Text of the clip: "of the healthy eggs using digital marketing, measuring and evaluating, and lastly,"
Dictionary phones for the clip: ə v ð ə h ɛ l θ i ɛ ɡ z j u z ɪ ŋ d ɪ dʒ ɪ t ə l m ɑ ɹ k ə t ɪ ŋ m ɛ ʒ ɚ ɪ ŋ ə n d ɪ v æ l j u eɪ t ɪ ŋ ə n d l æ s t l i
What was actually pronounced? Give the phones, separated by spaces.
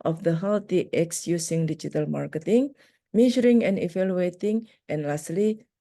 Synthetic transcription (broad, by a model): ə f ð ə h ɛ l t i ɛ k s j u s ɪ ŋ d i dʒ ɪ t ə l m ɑ ɹ k ə t ɪ ŋ m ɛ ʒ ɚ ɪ ŋ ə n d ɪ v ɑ l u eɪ t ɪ ŋ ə n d l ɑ s t l i